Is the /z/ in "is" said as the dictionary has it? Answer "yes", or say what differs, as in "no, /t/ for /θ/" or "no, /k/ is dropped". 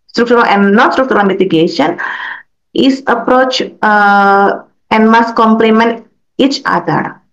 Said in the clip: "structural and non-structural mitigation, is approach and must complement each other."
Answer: no, /s/ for /z/